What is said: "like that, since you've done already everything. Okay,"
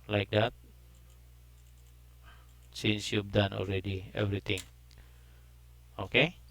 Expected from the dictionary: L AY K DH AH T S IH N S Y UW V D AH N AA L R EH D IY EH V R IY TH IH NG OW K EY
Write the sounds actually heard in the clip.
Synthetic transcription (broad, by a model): L AY K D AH T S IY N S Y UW B D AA N AA L R EH D IY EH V R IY T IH NG OW K EY